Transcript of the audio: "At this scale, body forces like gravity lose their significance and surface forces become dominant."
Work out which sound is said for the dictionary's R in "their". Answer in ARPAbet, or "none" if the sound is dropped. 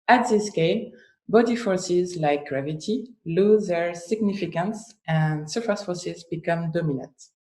R